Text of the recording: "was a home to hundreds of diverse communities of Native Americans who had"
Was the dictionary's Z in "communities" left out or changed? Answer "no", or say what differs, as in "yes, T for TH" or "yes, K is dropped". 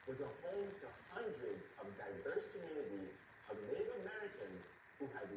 no